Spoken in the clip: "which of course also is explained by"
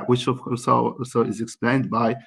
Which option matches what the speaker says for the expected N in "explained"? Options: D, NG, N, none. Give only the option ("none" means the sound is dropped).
N